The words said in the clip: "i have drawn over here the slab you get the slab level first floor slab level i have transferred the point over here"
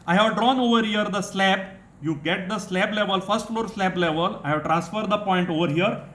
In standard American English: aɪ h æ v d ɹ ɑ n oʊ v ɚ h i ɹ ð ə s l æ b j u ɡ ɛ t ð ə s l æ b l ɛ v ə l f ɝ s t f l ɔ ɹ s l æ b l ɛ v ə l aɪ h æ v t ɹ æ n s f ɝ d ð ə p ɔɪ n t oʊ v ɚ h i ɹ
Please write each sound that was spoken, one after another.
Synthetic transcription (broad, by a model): aɪ h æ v d ɹ ɑ n oʊ v ɚ h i ɹ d ə s l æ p j u ɡ ɛ t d ə s l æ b l ɛ v ə l f ɝ s t f l ɔ ɹ s l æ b l ɛ v ə l aɪ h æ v t ɹ æ n s f ɝ d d ə p ɔɪ n t oʊ v ɚ h i ɹ